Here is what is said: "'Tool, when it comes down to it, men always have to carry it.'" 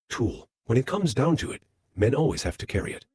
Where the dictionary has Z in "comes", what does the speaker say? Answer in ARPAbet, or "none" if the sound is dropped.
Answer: Z